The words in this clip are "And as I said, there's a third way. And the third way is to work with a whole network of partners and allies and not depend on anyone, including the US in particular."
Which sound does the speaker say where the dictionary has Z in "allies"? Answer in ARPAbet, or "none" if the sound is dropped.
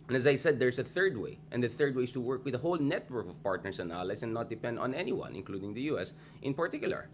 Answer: S